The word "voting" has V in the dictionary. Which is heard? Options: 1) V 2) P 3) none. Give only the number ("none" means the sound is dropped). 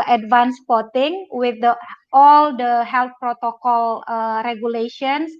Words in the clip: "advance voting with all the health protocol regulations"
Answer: 2